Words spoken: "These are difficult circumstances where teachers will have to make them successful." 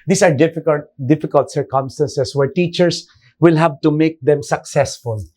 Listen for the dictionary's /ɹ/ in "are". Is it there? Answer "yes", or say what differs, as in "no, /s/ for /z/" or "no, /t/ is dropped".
no, /l/ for /ɹ/